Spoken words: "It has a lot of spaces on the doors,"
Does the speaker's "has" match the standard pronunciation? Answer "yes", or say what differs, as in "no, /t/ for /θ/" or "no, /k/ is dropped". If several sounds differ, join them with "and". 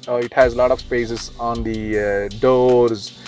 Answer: yes